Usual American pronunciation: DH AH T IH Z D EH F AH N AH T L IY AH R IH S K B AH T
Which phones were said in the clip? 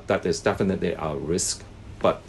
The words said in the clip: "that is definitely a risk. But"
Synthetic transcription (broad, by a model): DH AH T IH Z D EH F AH N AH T L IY AH R IH S K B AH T